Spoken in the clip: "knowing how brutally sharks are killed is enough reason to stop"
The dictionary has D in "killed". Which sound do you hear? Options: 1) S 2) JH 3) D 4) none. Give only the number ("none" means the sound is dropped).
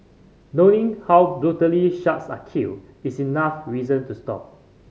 4